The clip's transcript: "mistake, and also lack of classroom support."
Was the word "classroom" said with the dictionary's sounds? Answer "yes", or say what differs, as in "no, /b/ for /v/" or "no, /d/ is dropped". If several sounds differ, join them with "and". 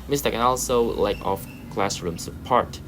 yes